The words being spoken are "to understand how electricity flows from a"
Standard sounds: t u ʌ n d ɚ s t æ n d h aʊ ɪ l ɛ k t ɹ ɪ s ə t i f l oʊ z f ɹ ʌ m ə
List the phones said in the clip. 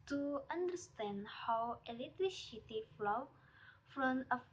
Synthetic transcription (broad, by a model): t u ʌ n d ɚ s t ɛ n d h aʊ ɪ l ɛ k t ɹ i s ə t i f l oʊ f ɹ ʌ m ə